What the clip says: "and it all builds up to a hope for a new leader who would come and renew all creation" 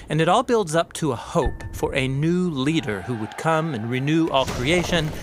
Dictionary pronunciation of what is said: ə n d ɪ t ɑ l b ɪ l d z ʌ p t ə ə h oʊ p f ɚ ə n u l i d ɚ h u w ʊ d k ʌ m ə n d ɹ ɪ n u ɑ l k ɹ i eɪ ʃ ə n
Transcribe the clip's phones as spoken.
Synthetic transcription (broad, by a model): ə n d ɪ t ɑ l b ɪ l d z ʌ p t ə ə h oʊ p f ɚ ə n u l i d ɚ h u w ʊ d k ʌ m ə n ɹ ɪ n u ɑ l k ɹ i eɪ ʃ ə n